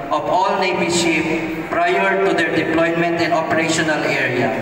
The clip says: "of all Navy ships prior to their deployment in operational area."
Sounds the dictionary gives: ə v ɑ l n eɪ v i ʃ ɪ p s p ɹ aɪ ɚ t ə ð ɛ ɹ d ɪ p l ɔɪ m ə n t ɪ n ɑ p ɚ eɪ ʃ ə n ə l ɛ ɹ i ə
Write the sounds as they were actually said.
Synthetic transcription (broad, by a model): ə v ɑ l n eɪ b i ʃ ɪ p p ɹ aɪ ɚ t ə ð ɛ ɹ d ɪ p l ɔɪ m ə n t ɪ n ɑ p ɚ eɪ ʃ ə n ə l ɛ ɹ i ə